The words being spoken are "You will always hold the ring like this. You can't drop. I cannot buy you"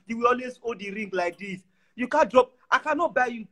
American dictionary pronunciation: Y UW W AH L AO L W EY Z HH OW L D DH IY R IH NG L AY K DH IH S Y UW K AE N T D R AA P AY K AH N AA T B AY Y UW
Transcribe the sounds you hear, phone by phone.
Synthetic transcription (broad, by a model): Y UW W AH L AO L W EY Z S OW D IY R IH NG L AY K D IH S Y UW K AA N D R AA P AY K AH N AA T B AY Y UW